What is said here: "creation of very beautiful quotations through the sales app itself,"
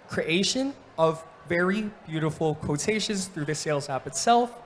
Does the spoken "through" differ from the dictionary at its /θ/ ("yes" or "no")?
no